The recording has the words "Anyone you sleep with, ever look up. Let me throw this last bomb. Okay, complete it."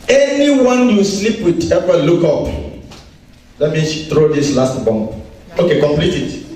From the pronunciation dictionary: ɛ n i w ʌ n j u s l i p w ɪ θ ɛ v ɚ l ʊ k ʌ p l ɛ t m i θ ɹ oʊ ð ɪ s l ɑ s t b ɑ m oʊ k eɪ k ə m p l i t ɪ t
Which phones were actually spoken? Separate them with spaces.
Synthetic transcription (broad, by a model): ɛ n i w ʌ n j u s l i p w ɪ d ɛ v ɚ l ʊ k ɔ p l ɛ t m i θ ɹ oʊ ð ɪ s l ɑ s t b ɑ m oʊ k eɪ k ə m p l i t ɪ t